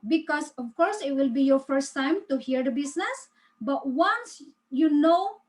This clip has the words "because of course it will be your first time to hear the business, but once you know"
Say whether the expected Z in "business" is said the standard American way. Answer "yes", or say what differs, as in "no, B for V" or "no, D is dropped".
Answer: no, S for Z